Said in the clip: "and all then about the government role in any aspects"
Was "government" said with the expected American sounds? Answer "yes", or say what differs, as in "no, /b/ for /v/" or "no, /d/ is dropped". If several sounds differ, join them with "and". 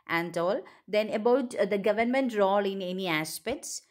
yes